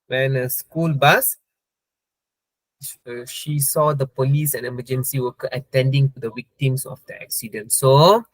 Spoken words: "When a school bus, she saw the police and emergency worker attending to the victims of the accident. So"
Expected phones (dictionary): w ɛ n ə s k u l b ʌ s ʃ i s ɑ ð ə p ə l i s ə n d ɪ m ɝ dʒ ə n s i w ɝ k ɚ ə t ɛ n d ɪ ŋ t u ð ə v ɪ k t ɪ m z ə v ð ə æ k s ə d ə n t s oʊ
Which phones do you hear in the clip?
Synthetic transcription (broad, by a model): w ɛ n ə s k u l b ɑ s ʃ i s ɑ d ə p ə l i s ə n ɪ m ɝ dʒ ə n s i w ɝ k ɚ ə t ɛ n d ɪ ŋ t u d ə w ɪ k t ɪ m s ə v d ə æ k s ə d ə n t s oʊ